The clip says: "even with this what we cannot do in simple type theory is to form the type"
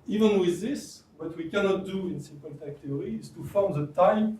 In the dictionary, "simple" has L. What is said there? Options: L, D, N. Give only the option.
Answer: N